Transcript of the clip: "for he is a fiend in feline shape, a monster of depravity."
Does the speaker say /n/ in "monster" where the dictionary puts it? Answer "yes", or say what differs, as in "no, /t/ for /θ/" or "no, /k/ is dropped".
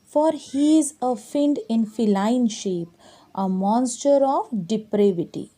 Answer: yes